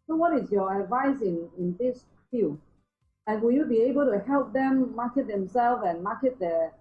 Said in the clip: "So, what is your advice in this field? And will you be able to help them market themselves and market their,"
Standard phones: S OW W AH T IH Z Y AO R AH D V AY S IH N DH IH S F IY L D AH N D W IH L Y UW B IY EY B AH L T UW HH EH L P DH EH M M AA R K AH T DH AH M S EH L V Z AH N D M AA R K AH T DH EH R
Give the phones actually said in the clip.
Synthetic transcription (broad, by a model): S OW W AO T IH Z Y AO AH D V AY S IH N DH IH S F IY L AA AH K W IH L Y UW B IY EY B AH L T UW HH EH L P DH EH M M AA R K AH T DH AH M S EH L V AH N M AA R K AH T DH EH